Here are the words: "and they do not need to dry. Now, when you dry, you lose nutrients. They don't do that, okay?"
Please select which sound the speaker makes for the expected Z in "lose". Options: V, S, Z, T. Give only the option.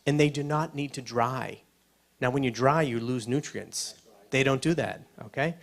Z